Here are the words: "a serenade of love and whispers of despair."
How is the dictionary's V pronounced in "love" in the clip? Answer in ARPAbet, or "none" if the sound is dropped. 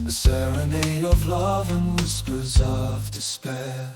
V